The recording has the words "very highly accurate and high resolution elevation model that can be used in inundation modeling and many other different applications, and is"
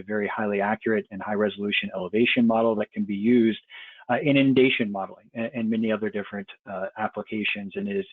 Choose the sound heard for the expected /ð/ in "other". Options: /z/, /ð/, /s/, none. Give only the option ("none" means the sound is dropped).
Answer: /ð/